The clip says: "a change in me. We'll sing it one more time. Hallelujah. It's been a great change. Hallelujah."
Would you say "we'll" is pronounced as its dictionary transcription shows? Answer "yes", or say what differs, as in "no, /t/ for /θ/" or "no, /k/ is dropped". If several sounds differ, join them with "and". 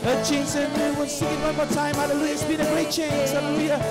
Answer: no, /n/ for /l/